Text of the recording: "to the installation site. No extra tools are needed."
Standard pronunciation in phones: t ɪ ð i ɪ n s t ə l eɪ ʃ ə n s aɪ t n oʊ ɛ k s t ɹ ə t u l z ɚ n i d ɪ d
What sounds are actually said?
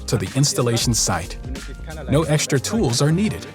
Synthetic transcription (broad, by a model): t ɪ ð i ɪ n s t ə l eɪ ʃ n s aɪ t n oʊ ɛ k s t ɹ ə t u l z ɚ n i d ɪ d